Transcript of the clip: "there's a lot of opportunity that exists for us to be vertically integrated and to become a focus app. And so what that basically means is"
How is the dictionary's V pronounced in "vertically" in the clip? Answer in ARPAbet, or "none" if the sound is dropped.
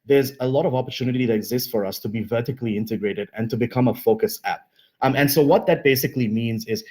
V